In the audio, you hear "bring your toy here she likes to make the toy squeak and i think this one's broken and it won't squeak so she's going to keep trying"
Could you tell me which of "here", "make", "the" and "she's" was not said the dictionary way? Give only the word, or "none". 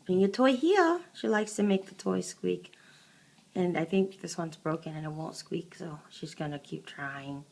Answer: none